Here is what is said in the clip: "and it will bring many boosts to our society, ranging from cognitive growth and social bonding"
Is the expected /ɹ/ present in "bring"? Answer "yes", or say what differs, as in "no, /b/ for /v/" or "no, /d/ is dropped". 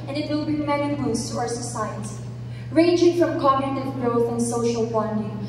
no, /ɹ/ is dropped